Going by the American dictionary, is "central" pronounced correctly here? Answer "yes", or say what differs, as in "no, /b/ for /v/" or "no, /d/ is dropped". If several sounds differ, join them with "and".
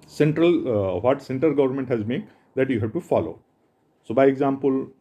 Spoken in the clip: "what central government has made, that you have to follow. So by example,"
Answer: no, /ɹ/ is dropped